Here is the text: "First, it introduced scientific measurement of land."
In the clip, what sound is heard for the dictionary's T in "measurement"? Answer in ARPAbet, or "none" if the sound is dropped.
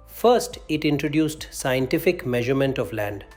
T